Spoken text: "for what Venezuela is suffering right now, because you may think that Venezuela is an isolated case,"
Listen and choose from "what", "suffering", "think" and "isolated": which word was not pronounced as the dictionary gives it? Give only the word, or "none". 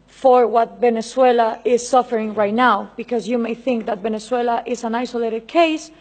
none